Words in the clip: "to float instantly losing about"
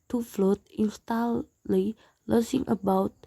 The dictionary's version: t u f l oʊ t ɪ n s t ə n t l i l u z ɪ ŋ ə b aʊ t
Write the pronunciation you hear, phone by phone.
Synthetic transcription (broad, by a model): t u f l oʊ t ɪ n s t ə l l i l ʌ s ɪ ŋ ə b aʊ t